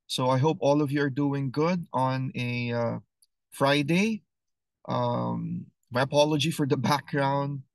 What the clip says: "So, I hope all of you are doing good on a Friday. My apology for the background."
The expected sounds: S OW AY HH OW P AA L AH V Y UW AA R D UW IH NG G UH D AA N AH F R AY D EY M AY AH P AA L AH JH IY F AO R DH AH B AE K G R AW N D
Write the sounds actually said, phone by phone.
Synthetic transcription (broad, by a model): S OW AY HH OW P AA L AH V Y UW AA R D UW IH NG G UH D AA N AH F R AY D EY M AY AH P AA L AH JH IY F AO R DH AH B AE K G R AW N D